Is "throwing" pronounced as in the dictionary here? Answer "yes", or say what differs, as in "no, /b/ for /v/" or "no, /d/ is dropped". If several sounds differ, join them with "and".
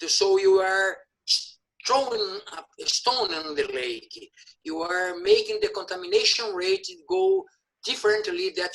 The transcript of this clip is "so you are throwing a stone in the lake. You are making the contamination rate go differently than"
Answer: no, /t/ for /θ/